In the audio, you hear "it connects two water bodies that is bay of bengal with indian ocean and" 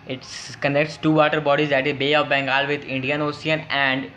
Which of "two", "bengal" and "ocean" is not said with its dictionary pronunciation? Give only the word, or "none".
ocean